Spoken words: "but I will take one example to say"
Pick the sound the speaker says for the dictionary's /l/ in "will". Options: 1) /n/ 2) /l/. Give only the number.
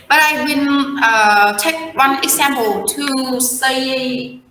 1